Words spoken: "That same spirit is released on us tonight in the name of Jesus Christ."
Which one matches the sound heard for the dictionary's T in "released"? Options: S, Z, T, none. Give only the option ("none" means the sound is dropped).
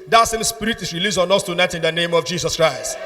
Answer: none